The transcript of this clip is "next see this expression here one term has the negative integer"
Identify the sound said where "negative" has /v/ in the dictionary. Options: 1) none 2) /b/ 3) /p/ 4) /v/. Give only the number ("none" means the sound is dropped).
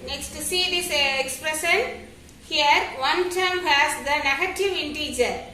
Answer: 4